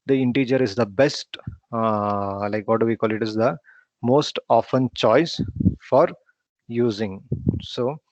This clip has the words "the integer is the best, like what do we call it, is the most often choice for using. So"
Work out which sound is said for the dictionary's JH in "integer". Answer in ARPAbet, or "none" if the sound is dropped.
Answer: JH